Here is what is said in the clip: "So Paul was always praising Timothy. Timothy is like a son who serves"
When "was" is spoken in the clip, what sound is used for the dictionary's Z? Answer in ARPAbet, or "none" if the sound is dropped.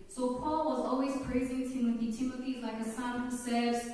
Z